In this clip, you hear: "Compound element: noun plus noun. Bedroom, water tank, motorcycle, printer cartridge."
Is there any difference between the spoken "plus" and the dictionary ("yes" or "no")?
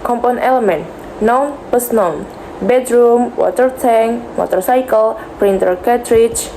yes